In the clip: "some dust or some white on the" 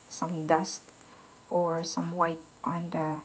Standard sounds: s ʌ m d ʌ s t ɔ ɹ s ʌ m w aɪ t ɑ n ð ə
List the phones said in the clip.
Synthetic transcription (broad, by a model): s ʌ m d ʌ s t ɔ ɹ s ʌ m w aɪ t ɑ n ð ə